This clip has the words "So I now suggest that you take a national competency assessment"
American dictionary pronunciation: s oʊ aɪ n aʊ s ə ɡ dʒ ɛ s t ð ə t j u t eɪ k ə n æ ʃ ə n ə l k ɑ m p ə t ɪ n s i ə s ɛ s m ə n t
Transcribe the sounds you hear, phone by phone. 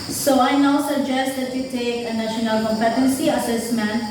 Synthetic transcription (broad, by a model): s oʊ aɪ n aʊ s ə ɡ dʒ ɛ s t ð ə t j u t eɪ k ə n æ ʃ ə n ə l k ɑ m p ə t ɪ n s i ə s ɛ s m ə n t